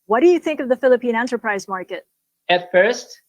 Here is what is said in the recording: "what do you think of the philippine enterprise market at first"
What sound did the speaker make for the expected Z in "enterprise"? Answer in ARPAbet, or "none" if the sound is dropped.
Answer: Z